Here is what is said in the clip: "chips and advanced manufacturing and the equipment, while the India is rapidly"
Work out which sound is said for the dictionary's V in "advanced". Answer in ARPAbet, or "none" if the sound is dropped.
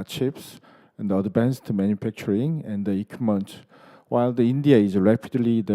B